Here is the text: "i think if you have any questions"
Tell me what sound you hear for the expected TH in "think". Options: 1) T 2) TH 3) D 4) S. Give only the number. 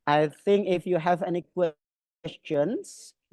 2